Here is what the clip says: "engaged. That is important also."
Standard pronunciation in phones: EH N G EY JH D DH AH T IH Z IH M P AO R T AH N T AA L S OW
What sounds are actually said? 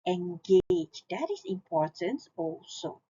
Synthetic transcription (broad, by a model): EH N G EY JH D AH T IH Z IH M P AO R T AH N T AA L S OW